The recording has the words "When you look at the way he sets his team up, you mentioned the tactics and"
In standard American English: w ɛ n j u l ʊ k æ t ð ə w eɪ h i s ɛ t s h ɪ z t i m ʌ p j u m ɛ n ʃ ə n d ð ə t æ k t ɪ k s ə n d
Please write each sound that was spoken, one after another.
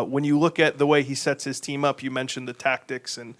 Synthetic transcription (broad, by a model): w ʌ n j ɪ l ʊ k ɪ t ð ə w eɪ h i s ɛ t s h ɪ z t i m ʌ p j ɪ m ɛ n ʃ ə n ð ə t æ k t ɪ k s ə n